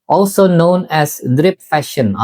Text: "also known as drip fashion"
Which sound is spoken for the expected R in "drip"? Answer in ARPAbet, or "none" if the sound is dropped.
R